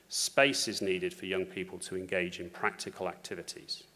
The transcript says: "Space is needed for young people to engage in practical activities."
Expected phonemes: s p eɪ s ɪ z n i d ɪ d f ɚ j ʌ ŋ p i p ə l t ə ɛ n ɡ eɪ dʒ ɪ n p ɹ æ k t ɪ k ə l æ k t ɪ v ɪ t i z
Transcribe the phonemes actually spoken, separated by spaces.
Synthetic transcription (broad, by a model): s p eɪ s ɪ z n i d ɪ d f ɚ j ʌ ŋ p i p ə l t ə ɛ n ɡ eɪ dʒ ɪ n p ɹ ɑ k t ɪ k ə l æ k t ɪ v ɪ t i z